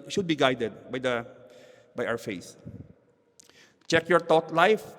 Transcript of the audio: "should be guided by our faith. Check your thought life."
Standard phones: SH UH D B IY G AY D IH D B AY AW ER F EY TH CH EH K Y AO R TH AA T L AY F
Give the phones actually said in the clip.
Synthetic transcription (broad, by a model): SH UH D B IY G AY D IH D B AY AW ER F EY S CH EH K Y AO R T AA T L AY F